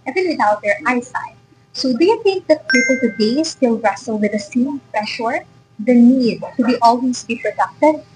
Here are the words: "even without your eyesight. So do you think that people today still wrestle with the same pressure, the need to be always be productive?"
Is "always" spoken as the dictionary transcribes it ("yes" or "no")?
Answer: no